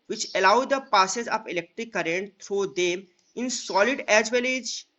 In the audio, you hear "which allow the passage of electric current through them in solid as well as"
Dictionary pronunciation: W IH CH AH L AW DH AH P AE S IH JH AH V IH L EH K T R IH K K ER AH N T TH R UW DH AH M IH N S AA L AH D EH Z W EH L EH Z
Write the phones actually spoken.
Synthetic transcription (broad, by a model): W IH CH AH L AW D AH P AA S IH Z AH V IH L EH K T R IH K K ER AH N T T R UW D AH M IH N S AA L AH D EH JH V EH L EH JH